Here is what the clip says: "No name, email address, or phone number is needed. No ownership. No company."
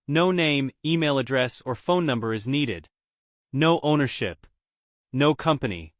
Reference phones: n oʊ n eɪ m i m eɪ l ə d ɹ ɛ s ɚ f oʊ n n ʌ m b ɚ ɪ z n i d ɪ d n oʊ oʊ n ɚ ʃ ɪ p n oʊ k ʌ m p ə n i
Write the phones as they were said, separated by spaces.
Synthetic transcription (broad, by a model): n oʊ n eɪ m i m eɪ l ə d ɹ ɛ s ɚ f oʊ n n ʌ m b ɚ ɪ z n i d ɪ d n oʊ oʊ n ɚ ʃ ɪ p n oʊ k ʌ m p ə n i